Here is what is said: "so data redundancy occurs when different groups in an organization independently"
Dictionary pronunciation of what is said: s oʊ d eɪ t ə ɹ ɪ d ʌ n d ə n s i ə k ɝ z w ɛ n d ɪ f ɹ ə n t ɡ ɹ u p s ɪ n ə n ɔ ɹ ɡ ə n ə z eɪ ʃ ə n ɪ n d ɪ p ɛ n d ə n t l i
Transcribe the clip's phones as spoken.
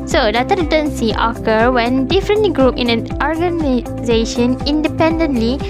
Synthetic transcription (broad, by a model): s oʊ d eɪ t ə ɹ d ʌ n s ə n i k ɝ w ɛ n d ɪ f ɹ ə n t ɡ ɹ u p ɪ n ə n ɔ ɹ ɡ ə n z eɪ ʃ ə n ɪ n d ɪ p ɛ n d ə n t l i